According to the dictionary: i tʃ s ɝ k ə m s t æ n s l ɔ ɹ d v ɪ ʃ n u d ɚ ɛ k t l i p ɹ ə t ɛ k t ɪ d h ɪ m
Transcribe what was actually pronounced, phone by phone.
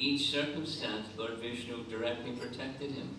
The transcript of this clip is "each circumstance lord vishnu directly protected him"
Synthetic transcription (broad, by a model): i tʃ s ɝ k ə m s t æ n s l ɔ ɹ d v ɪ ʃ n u d ɚ ɛ k t l i p ɹ ə t ɛ k t ɪ d h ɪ m